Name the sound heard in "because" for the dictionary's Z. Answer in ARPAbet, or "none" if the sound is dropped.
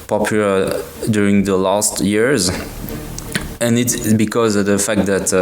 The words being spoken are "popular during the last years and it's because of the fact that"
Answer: Z